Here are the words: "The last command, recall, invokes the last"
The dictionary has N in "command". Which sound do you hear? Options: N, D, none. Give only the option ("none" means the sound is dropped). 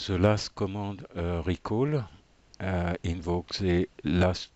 none